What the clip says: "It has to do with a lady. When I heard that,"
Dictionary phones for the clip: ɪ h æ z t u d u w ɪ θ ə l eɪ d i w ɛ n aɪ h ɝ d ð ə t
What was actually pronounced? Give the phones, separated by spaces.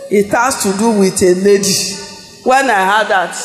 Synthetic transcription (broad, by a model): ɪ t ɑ s t u d u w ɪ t ə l eɪ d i w ɛ n aɪ h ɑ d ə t